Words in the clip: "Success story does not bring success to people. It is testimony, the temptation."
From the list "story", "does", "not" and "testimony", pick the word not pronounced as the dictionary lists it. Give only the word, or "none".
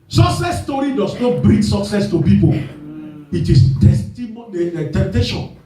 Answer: does